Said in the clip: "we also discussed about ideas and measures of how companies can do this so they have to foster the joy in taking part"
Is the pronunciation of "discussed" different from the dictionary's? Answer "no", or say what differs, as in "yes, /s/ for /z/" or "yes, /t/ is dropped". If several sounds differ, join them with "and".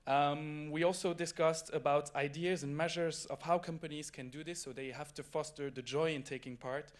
no